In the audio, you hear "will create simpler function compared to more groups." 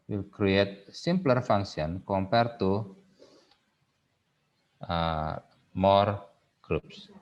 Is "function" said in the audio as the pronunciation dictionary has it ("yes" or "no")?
no